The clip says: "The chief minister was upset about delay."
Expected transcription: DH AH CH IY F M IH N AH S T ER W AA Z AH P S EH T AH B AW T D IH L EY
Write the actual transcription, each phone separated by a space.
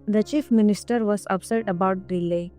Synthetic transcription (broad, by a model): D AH CH IY F M IH N AH S T ER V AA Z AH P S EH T AH B AW T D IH L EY